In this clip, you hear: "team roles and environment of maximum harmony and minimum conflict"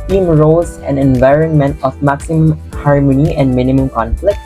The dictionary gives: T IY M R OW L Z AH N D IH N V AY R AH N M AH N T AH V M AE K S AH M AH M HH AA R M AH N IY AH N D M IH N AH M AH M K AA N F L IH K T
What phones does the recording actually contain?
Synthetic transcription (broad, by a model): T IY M R OW Z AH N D IH N V AY R AH N M AH N T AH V M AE K S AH M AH M HH AA R M AH N IY AH N D M IH N AH M AH M K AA N F L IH K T